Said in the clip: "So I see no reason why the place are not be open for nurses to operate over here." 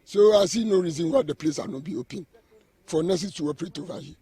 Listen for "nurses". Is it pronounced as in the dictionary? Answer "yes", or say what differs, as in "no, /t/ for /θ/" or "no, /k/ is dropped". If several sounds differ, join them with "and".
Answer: no, /z/ is dropped